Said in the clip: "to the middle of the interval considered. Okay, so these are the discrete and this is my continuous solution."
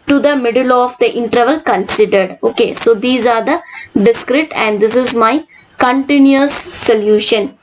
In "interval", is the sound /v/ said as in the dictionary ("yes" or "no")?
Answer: yes